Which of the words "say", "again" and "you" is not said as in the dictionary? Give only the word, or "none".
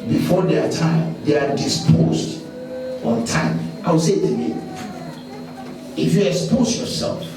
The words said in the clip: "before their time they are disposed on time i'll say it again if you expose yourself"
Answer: again